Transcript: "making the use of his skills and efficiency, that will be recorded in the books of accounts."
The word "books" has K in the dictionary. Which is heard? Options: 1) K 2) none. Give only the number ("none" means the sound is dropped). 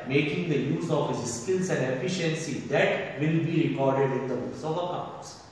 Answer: 2